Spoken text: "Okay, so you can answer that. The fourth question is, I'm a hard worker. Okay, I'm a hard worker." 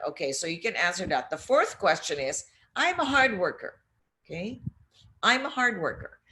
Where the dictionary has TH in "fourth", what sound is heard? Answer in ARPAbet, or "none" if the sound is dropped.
TH